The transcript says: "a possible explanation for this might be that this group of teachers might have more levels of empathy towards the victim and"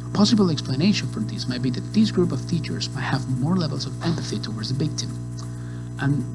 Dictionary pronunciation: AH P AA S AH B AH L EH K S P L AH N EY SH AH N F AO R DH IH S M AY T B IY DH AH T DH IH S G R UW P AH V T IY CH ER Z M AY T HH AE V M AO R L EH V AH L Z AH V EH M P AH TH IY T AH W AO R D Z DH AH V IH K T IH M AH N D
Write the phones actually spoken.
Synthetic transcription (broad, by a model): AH P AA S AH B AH L EH K S P L AH N EY SH AH N F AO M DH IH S M AY T B IY DH AH T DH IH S G R UW P AH V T IY CH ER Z M AY T HH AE V M AO R L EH V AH L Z AH V EH M P AH TH IY T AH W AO R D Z DH AH B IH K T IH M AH N